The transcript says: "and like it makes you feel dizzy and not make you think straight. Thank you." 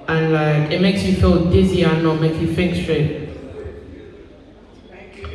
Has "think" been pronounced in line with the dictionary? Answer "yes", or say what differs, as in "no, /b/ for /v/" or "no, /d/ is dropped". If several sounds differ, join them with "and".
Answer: no, /f/ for /θ/